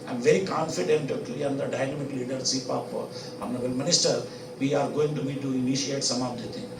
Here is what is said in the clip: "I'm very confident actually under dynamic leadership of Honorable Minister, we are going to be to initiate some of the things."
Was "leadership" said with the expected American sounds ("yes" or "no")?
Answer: no